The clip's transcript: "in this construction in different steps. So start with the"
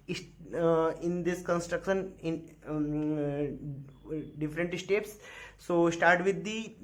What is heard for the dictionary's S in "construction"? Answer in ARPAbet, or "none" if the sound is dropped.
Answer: S